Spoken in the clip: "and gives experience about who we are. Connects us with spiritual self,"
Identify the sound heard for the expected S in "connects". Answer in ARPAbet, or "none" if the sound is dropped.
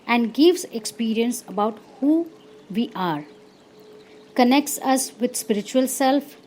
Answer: S